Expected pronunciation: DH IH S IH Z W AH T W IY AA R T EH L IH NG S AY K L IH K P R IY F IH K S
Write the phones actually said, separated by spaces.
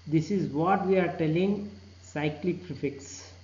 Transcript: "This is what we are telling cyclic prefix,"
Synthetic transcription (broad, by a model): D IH S IH Z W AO T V IY AA R T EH L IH NG S AY K L IH K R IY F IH K S